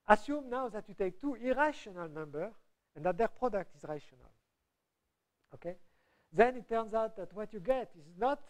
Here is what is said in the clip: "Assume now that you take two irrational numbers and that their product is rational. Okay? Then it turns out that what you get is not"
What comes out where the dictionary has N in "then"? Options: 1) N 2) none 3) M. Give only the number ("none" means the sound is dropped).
1